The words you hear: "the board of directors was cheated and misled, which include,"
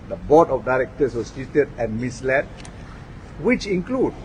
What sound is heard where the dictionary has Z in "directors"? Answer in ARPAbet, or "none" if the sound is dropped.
S